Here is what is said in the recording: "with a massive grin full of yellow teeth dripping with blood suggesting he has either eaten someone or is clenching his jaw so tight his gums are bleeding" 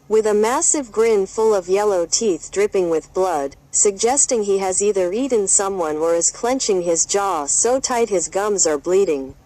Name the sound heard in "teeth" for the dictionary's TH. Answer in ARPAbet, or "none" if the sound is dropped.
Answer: TH